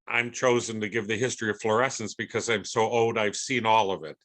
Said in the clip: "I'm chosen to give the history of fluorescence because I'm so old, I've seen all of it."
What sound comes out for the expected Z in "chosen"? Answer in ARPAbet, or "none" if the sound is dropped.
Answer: Z